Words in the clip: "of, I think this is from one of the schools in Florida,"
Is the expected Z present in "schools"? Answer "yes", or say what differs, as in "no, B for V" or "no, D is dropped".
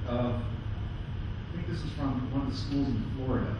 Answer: yes